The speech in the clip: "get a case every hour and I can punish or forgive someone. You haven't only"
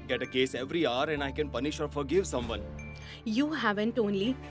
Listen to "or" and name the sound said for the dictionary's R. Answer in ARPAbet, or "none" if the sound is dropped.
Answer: R